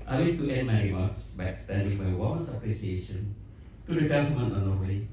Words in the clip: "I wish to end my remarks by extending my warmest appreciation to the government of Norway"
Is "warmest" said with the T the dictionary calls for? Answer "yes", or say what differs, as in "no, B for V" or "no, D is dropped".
no, T is dropped